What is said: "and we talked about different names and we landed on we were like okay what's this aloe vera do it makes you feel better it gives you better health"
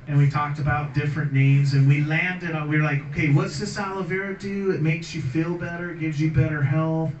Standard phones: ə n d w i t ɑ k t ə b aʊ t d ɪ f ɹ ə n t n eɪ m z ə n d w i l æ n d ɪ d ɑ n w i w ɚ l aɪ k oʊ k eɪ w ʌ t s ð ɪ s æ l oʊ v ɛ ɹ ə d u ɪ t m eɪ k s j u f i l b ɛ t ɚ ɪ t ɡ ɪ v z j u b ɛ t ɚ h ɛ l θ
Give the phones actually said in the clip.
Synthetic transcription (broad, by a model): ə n w i t ɑ k t ə b aʊ t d ɪ f ɹ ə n n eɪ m z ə n w i l æ n d ɪ d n w i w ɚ l aɪ k oʊ k eɪ w ʌ t s ð ɪ s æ l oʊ v ɛ ɹ ə d u ɪ t m eɪ k s j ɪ f i l b ɛ t ɚ ɪ t ɡ ɪ v z j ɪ b ɛ t ɚ h ɛ l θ